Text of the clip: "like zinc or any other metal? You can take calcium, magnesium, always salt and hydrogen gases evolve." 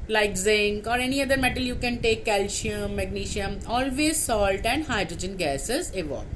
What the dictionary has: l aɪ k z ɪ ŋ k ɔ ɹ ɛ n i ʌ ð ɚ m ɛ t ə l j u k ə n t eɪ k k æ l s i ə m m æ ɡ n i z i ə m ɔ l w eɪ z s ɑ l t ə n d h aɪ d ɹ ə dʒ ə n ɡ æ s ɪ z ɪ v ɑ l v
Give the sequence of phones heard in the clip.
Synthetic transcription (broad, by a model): l aɪ k z ɪ ŋ k ɔ ɹ ɛ n i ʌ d ɚ m ɛ t ə l j u k ə n t eɪ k k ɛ l ʃ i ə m m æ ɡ n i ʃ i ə m ɔ l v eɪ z s ɑ l t ə n d h aɪ d ɹ ə dʒ ə n ɡ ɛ s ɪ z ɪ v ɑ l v